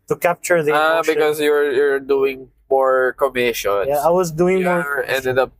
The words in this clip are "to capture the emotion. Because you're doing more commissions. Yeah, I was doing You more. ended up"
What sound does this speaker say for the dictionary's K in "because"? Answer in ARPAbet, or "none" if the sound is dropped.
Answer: none